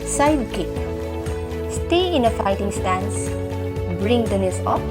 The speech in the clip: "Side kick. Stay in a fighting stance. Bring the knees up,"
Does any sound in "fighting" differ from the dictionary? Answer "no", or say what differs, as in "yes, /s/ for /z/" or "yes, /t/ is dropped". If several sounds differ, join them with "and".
no